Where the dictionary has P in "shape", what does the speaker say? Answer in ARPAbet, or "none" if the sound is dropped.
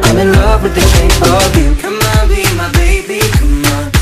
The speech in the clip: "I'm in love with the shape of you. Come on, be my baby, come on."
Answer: none